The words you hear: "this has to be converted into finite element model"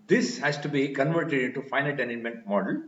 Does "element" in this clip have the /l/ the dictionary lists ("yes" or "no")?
no